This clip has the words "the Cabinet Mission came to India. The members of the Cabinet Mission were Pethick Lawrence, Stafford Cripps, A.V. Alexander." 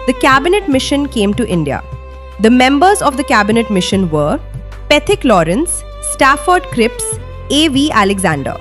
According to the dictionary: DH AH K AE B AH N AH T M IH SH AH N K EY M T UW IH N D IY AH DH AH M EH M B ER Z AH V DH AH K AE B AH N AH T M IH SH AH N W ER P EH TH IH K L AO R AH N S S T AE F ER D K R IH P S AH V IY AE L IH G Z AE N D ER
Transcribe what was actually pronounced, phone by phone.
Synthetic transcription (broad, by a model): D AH K AE B AH N AH T M IH SH AH N K EY M T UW IH N D IY AH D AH M EH M B ER Z AH V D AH K AE B AH N AH T M IH SH AH N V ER P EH T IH K L AO R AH N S S T AE F ER D K R IH P S AH V IY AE L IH G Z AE N D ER